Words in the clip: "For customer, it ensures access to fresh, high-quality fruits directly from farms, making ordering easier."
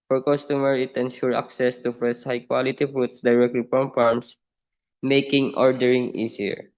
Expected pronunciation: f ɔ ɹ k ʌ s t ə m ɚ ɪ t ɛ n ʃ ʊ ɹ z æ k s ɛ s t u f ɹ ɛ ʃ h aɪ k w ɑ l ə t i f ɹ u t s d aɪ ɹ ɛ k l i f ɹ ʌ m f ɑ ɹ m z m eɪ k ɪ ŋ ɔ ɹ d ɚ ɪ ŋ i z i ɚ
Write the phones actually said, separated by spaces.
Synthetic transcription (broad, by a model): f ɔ ɹ k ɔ s t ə m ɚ ɪ t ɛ n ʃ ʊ ɹ ɑ k s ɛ s t u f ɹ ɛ s h aɪ k w ɑ l ə t i f ɹ u t s d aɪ ɹ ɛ k l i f ɹ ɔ m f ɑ ɹ m s m eɪ k ɪ ŋ ɔ ɹ d ɚ ɪ ŋ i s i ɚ